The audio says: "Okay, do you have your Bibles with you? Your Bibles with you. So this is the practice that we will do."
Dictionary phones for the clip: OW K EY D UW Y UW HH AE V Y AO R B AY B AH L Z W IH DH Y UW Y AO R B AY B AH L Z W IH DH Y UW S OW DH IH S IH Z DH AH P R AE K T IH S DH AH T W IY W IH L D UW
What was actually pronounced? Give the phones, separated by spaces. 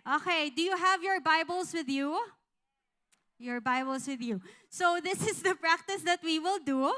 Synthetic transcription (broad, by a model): OW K EY D UW Y UW HH AE V Y AO R B AY B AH L S W IH DH Y UW Y AO R B AY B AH L S W IH DH Y UW S OW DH IH S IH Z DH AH P R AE K T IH S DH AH T W IY W IH L D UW